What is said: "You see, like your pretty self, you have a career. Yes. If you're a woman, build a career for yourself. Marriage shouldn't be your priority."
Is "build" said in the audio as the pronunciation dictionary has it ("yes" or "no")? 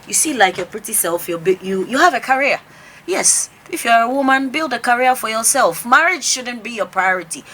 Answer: yes